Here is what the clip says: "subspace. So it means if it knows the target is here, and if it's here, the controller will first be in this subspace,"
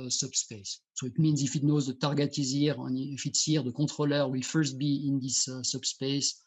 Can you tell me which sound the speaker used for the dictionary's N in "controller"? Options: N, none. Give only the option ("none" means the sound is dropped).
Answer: none